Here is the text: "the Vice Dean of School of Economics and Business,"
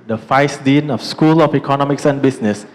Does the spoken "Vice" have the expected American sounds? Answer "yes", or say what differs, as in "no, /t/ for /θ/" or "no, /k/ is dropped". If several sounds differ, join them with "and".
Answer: no, /f/ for /v/